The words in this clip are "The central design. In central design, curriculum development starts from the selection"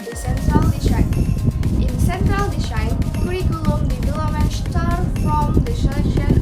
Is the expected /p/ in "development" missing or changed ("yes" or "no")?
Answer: yes